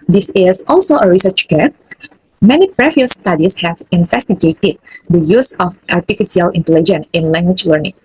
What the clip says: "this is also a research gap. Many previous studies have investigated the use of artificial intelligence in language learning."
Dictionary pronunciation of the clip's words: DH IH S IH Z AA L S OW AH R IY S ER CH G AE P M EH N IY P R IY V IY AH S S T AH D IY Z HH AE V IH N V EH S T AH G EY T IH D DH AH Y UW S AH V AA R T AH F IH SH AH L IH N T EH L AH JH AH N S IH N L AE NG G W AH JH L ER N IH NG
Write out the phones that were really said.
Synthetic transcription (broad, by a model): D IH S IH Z AA L S OW AH R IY S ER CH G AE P M EH N IY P R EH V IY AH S S T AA D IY S HH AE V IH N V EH S T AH G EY T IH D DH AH Y UW S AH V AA R T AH F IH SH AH L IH N T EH L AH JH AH N IH N L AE NG G W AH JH L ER N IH NG